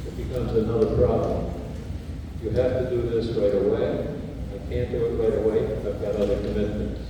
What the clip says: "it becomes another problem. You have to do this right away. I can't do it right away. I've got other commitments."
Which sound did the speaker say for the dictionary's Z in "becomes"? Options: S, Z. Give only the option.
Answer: Z